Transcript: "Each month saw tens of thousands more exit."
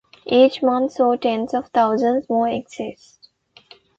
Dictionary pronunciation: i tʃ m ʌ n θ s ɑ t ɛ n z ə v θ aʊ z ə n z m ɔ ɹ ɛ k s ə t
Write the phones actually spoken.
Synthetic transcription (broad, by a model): i tʃ m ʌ n t s ɑ t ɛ n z ə v t aʊ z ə n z m ɔ ɹ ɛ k s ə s